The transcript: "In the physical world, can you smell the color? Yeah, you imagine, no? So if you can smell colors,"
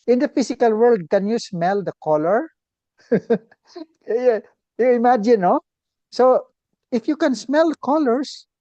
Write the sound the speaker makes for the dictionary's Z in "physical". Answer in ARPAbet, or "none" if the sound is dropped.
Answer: S